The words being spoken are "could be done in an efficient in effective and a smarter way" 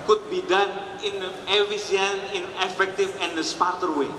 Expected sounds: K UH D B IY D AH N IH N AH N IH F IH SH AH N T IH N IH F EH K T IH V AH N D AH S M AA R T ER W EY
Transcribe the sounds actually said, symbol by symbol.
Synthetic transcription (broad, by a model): K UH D B IY D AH N IH N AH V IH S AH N IH N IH F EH K T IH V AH N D AH S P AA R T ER W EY